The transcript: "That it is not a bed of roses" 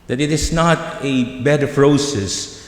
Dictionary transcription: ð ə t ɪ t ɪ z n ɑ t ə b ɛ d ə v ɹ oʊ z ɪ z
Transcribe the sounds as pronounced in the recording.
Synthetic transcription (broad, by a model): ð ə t ɪ t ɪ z n ɑ t ə b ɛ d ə p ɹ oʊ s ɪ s